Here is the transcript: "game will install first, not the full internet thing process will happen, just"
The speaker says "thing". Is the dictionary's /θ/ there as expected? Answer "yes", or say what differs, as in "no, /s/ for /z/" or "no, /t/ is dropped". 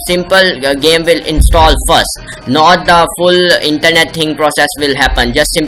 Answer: no, /t/ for /θ/